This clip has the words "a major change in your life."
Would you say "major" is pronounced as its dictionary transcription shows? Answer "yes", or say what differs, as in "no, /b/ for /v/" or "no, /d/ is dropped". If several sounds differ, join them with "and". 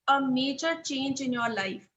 no, /tʃ/ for /dʒ/